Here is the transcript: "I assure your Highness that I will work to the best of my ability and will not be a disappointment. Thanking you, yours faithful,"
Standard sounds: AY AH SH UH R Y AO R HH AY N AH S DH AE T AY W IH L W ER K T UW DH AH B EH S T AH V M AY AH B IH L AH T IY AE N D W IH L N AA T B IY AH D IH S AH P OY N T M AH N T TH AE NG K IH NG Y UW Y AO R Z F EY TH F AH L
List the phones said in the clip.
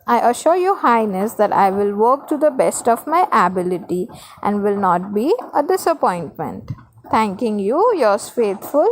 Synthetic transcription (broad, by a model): AY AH SH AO R Y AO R HH AY N AH S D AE T AY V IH L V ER K T UW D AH B EH S T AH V M AY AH B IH L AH T IY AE N D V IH L N AA T B IY AH D IH S AH P OY N T M AH N T T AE NG K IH NG Y UW Y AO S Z F EY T F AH L